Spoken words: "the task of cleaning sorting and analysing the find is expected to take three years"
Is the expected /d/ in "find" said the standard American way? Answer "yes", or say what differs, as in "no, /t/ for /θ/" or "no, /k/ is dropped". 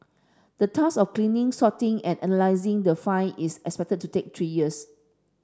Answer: no, /d/ is dropped